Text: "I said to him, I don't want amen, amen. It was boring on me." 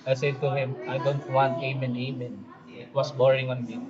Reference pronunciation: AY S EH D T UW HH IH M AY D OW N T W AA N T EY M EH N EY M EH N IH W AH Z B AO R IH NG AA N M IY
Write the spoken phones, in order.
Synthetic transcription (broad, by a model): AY S EH D T UW HH IH M AY D OW N T W AA N T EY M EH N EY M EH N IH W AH S B AO R IH NG AA N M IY